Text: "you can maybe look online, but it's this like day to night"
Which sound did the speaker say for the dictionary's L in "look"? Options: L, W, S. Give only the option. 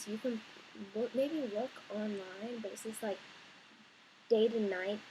W